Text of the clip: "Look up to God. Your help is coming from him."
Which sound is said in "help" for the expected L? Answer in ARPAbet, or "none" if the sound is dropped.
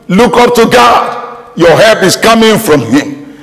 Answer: none